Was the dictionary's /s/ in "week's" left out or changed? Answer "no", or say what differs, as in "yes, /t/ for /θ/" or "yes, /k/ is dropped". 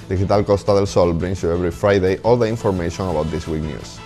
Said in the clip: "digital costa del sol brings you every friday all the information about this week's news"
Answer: yes, /s/ is dropped